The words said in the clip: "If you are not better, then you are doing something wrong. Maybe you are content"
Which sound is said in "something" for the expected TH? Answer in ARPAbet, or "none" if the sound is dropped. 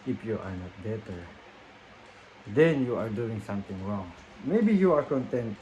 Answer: T